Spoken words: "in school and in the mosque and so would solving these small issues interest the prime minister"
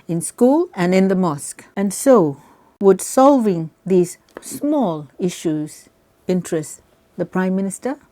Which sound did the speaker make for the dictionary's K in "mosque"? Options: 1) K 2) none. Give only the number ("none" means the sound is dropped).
1